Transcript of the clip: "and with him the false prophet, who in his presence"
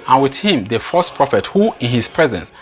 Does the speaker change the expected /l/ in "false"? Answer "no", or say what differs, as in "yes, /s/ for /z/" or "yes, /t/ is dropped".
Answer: yes, /l/ is dropped